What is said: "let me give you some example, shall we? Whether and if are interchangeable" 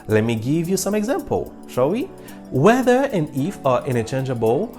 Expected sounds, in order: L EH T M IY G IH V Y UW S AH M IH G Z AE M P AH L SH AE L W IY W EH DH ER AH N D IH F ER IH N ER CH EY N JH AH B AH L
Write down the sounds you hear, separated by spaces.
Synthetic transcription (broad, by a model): L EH T M IY G IH V Y UW S AH M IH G Z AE M P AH L SH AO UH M IY W EH DH ER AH N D IH F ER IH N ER CH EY N JH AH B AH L